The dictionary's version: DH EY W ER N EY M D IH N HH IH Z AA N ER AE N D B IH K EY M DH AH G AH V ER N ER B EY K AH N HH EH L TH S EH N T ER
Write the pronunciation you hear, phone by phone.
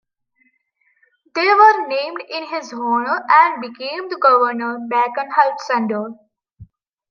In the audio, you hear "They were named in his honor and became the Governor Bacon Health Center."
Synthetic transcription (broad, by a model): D EY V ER N EY M D IH N HH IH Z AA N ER AE N D B IH K EY M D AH G AH V ER N ER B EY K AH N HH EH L T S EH N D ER